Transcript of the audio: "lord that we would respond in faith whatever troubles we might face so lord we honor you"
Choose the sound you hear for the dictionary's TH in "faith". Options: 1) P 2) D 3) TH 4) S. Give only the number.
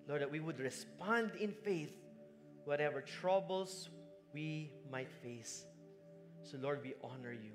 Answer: 3